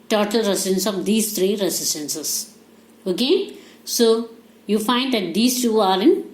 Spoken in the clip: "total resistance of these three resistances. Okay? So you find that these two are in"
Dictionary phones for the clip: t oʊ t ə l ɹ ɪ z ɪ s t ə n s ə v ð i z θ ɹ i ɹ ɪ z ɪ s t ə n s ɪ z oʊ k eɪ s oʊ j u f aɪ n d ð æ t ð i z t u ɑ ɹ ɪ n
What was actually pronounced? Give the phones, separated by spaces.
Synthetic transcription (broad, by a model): t oʊ t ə l ɹ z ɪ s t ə n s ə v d i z t ɹ i ɹ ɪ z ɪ s t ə n s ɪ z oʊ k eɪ s oʊ j u f aɪ n d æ t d i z t u ɑ ɹ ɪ n